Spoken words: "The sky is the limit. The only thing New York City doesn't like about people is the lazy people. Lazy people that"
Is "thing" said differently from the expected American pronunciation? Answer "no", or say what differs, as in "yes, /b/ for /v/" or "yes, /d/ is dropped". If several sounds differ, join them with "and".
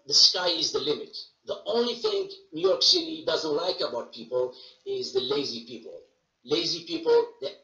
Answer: no